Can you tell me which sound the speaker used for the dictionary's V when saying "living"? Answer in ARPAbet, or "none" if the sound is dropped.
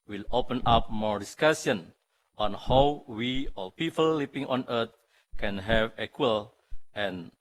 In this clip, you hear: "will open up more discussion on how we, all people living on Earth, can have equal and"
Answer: P